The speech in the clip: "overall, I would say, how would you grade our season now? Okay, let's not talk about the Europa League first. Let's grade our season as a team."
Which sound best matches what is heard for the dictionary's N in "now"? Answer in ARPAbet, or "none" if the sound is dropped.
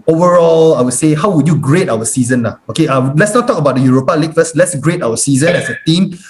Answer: L